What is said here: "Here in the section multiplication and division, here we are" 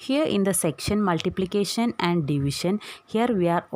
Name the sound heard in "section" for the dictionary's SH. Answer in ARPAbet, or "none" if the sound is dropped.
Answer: SH